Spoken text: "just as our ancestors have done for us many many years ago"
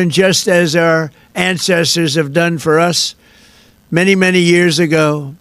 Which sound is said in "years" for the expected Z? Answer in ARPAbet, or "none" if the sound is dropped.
Z